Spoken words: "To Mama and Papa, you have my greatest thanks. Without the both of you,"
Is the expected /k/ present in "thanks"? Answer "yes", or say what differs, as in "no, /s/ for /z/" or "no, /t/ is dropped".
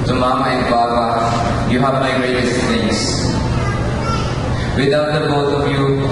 no, /k/ is dropped